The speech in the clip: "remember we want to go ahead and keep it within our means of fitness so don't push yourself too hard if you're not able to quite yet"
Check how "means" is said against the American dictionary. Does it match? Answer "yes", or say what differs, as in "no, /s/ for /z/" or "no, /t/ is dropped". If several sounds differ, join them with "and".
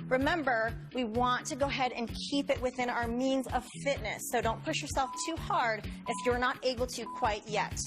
yes